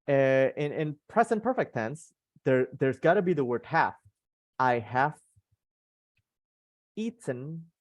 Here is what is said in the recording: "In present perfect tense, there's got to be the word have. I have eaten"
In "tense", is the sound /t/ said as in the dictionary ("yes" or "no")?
no